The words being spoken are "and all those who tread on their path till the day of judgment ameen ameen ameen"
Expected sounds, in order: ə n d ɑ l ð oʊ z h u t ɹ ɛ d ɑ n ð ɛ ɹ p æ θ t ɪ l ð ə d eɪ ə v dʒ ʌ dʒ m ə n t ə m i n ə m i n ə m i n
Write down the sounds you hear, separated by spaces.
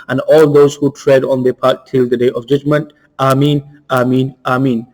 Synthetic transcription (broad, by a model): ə n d ɑ l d oʊ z h u t ɹ ɛ d ɑ n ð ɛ p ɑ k t ɪ l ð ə d eɪ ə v dʒ ʌ dʒ m ə n t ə m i n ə m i n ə m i n